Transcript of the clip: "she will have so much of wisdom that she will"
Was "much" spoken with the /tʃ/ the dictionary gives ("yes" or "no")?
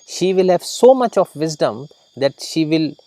yes